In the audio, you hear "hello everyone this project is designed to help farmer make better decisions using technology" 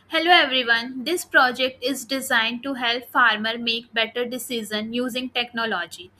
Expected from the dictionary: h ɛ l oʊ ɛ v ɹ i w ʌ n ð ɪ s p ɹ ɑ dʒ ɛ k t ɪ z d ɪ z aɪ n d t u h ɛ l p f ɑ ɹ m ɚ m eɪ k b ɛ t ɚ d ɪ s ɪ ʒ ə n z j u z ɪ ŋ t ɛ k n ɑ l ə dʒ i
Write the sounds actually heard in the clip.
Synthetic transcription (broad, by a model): h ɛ l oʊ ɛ v ɹ i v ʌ n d ɪ s p ɹ ɑ dʒ ɛ k t ɪ z d ɪ z aɪ n d t u h ɛ l p f ɑ ɹ m ɚ m eɪ k b ɛ t ɚ d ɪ s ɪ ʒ ə n j u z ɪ ŋ t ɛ k n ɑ l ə dʒ i